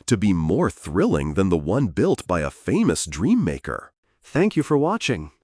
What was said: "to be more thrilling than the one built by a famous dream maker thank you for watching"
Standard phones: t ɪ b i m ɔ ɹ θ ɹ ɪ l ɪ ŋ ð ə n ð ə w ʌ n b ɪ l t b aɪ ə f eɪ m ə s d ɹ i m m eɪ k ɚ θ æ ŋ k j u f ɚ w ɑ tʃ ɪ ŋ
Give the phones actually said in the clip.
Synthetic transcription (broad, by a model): t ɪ b i m ɔ ɹ θ ɹ ɪ l ɪ ŋ ð ə n ð ə w ʌ n b ɪ l t b aɪ ə f eɪ m ə s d ɹ i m m eɪ k ɚ θ æ ŋ k j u f ɚ w ɑ tʃ ɪ ŋ